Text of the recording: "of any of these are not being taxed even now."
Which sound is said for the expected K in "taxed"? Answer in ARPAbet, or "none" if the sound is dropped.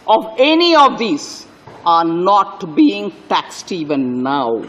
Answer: K